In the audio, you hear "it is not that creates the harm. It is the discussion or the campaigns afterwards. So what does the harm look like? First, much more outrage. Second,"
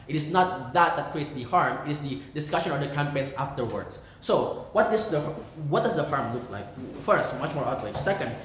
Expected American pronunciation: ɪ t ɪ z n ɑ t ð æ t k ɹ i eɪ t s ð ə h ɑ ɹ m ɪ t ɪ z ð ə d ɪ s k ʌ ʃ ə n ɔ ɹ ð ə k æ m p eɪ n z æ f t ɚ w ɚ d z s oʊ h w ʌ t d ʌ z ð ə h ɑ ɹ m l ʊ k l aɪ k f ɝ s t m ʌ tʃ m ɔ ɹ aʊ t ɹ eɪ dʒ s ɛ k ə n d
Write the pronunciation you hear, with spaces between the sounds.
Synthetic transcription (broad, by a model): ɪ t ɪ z n ɑ t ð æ t k ɹ i eɪ t s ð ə h ɑ ɹ m ɪ t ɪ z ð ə d ɪ s k ʌ ʃ ə n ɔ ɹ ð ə k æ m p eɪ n s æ f t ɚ w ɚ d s oʊ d w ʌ t d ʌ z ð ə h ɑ ɹ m l ʊ k l aɪ k f ɝ s t m ʌ tʃ m ɔ ɹ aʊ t l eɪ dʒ s ɛ k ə n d